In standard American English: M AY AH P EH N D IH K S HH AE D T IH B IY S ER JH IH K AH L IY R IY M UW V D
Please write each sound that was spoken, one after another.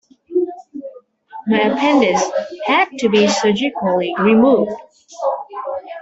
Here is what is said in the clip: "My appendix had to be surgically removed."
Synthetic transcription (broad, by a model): M AY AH P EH N D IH S HH AE D T IH B IY S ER JH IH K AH L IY R IY M UW V D